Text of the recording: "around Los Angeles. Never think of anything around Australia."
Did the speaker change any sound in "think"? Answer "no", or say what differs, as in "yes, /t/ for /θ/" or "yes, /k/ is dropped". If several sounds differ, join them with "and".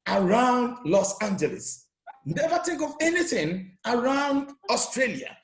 yes, /t/ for /θ/ and /ŋ/ is dropped